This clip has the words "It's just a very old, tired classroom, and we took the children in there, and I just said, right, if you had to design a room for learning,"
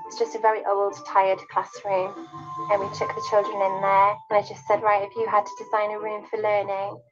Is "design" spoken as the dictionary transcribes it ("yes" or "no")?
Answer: yes